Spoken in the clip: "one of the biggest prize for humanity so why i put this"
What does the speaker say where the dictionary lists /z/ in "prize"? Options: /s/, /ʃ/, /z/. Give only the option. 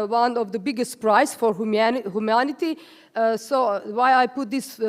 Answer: /s/